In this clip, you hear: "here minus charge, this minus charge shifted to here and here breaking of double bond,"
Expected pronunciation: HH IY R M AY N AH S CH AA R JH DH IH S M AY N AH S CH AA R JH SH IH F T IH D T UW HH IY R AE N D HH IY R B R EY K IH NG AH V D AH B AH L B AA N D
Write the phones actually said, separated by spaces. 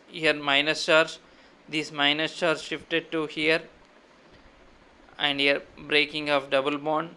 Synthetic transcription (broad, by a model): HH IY R M AY N AH S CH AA R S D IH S M AY N AH S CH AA R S SH IH F T IH D T UW HH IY R AE N D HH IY R B R EY K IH NG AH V D AH B AH L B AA N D